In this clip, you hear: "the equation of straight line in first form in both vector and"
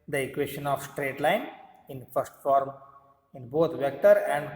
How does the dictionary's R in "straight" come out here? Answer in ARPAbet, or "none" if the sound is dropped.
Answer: R